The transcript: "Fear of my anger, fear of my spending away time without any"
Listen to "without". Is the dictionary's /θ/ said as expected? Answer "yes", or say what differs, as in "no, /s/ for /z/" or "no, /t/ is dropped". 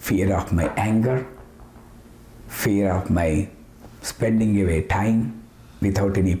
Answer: no, /t/ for /θ/